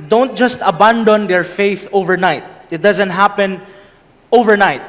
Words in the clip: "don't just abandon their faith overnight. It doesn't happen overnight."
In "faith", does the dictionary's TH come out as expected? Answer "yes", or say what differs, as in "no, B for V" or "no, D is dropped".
yes